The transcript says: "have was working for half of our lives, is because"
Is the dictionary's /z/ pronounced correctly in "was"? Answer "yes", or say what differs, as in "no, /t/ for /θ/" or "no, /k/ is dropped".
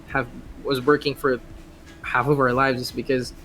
yes